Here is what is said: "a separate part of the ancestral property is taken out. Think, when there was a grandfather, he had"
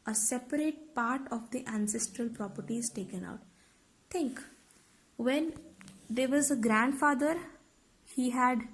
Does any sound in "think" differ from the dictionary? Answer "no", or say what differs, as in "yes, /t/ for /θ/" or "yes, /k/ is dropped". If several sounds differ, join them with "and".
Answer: yes, /t/ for /θ/